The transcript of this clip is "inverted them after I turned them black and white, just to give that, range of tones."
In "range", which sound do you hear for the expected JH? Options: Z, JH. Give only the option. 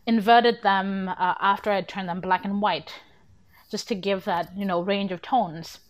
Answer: JH